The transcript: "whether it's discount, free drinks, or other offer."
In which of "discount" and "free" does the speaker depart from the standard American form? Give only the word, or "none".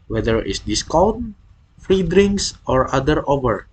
discount